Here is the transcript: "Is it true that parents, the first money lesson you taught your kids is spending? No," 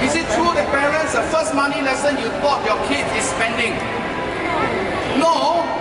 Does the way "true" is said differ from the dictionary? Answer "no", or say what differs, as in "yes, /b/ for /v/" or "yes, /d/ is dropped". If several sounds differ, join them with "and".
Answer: no